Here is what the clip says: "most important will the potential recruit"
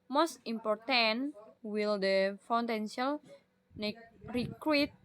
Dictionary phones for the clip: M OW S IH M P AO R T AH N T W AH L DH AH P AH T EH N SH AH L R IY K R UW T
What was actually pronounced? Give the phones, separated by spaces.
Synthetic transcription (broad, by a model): M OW S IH M P AO R T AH N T W AH L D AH F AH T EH N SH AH L R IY K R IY T